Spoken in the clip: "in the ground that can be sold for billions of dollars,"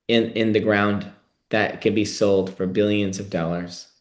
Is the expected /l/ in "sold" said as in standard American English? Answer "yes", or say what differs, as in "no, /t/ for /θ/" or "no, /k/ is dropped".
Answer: yes